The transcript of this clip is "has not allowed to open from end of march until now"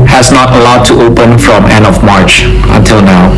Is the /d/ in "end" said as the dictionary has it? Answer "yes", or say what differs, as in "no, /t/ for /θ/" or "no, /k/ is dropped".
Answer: yes